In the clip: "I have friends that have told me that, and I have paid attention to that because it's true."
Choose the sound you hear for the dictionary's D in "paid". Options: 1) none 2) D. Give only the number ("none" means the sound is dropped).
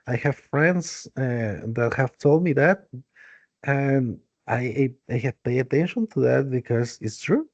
1